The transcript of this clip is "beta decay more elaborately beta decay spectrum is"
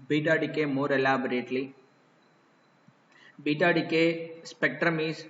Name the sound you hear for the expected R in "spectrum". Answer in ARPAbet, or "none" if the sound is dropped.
R